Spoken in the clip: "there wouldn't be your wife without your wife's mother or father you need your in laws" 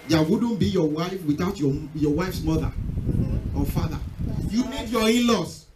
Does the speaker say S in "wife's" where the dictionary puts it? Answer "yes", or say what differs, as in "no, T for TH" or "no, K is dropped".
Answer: yes